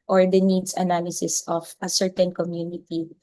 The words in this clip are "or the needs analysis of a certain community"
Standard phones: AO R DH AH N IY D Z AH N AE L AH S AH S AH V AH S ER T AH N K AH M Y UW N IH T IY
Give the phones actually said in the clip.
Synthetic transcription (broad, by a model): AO R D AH N IY D S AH N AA L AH S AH S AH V AH S ER T AH N K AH M Y UW N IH T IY